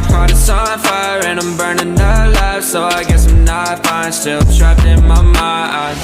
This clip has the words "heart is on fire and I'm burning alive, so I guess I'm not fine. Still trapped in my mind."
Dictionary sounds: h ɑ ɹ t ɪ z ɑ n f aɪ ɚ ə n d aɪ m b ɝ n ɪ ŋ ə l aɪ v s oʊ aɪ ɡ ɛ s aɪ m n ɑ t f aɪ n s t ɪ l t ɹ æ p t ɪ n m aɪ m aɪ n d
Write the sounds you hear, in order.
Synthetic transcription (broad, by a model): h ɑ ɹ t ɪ s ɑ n f aɪ ɚ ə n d aɪ m b ɝ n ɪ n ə l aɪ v s oʊ aɪ ɡ ɛ s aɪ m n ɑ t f aɪ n s t ɪ l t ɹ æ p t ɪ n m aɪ m aɪ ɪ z